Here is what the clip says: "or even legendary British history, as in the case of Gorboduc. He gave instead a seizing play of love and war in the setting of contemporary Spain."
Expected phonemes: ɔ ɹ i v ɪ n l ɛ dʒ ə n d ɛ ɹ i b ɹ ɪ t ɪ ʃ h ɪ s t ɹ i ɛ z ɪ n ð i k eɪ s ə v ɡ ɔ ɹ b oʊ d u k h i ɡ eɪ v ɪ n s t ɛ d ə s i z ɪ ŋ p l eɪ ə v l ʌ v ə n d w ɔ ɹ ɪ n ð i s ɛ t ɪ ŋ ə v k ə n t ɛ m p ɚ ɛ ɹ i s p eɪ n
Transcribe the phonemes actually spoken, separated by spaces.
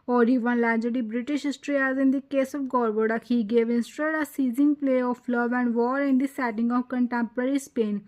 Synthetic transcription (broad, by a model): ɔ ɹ i v ɪ n l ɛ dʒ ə d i b ɹ ɪ t ɪ ʃ h ɪ s t ɹ i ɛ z ɪ n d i k eɪ s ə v ɡ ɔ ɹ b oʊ d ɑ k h i ɡ eɪ v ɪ n s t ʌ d ə s i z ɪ ŋ p l eɪ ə f l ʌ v ə n d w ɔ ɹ ɪ n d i s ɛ t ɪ ŋ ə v k ə n t ɛ m p ɚ ɛ ɹ i s p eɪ n